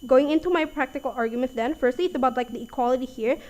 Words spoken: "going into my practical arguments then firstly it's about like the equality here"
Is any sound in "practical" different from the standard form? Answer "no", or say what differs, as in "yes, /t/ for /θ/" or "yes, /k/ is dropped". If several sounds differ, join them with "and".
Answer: no